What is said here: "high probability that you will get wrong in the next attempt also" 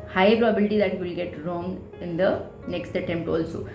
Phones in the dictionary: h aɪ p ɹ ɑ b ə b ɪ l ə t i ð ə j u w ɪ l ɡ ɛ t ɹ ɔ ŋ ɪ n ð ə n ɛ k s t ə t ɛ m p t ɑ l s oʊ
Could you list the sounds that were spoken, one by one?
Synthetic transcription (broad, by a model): h aɪ p ɹ ɑ b ə b ɪ l ə t i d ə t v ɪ l ɡ ɛ t ɹ ɔ ŋ ɪ n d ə n ɛ k s t ə t ɛ m p t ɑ l s oʊ